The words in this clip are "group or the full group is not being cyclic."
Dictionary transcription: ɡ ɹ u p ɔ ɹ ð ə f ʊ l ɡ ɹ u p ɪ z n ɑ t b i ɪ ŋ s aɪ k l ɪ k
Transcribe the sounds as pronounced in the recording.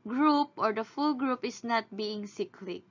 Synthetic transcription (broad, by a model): ɡ ɹ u p ɔ ɹ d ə f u l ɡ ɹ u p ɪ s n ɑ t b i ɪ ŋ s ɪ k l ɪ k